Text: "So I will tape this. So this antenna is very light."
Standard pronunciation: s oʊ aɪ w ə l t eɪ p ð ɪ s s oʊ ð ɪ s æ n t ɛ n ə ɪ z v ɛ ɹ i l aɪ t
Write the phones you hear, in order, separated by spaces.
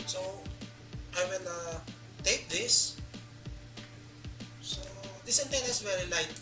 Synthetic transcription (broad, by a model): s oʊ aɪ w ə n t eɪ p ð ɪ s s oʊ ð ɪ s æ n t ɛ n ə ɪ s v ɛ ɹ i l aɪ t